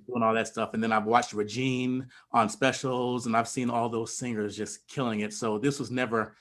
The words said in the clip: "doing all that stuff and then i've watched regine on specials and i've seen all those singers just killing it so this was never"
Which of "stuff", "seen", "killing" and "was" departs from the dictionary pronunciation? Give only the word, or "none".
none